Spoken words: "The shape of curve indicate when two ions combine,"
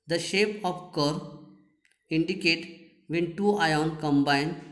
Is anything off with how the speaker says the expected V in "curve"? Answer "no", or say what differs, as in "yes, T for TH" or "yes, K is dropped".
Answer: yes, V is dropped